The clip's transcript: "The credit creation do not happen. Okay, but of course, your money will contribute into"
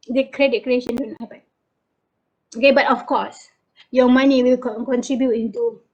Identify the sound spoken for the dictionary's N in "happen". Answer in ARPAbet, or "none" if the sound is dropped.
none